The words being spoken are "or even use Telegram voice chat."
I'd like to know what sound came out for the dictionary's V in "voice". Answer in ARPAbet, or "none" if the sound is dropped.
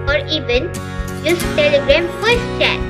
F